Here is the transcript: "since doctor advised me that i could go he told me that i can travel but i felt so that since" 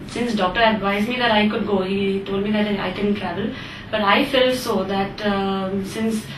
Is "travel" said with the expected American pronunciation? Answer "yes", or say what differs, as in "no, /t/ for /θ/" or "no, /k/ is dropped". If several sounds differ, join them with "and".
yes